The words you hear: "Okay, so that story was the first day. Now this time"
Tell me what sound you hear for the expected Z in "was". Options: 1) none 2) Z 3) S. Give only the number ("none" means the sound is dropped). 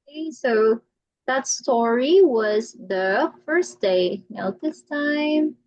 2